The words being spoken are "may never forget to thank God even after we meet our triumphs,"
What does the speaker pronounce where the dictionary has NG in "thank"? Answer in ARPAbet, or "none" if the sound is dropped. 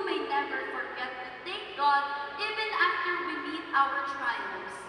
none